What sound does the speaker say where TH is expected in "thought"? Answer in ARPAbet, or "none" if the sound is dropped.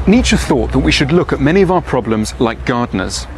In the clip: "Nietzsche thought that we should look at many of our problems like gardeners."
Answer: TH